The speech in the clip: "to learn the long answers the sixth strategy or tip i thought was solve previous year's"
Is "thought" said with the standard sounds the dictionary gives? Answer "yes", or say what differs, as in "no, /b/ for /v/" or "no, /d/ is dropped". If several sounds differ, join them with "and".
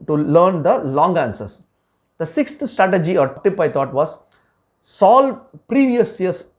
no, /t/ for /θ/